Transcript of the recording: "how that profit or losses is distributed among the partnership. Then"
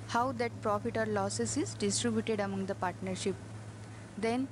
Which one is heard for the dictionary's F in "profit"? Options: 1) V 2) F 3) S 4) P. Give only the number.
2